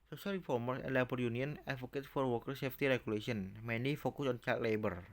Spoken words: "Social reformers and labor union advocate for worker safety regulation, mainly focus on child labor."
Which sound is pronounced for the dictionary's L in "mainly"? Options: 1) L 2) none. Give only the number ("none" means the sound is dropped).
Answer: 2